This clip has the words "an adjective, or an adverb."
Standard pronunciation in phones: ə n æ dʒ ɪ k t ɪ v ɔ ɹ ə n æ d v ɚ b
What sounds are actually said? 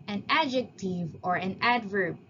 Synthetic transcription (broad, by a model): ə n æ dʒ ɪ k t ɪ v ɔ ɹ ə n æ d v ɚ